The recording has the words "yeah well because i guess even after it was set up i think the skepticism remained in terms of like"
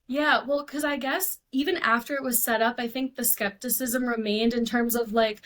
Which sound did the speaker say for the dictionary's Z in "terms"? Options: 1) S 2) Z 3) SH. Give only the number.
2